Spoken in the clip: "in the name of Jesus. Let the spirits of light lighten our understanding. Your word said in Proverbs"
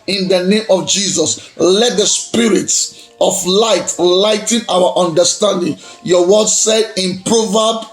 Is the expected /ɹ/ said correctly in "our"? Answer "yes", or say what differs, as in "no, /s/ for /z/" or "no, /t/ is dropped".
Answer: no, /w/ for /ɹ/